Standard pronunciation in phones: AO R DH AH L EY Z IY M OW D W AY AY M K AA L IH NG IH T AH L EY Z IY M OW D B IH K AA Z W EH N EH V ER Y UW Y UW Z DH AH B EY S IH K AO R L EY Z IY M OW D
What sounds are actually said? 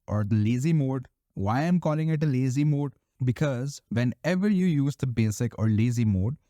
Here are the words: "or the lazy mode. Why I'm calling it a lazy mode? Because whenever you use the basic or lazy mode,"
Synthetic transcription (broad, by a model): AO R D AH L EY Z IY M OW D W AY AY M K AA L IH NG IH T AH L EY Z IY M OW D B IH K AA Z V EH N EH V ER Y UW Y UW Z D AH B EY S IH K AO R L EY Z IY M OW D